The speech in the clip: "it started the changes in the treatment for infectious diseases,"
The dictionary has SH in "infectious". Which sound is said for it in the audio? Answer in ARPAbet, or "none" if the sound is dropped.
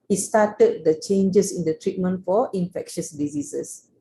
SH